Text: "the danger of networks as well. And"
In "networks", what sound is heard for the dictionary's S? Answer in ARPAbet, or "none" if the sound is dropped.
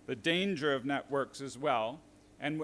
S